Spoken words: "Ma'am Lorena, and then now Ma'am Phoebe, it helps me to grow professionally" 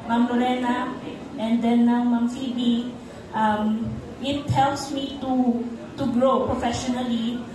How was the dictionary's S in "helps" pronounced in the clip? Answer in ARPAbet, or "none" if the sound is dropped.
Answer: S